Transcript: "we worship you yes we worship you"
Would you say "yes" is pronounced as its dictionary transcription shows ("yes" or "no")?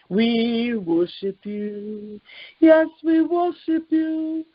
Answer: yes